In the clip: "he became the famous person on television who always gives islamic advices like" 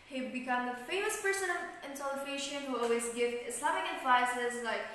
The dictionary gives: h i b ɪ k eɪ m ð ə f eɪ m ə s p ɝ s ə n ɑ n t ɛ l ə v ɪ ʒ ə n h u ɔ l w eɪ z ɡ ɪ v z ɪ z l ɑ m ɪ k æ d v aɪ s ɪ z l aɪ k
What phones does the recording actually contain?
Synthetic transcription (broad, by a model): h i b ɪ k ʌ m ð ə f eɪ m ə s p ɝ s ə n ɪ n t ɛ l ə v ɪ ʃ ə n h u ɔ l w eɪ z ɡ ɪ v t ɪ s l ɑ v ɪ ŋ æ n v aɪ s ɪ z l aɪ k